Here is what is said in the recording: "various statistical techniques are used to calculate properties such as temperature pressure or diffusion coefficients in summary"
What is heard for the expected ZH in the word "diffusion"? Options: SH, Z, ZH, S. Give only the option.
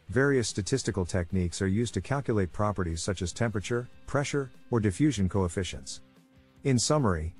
ZH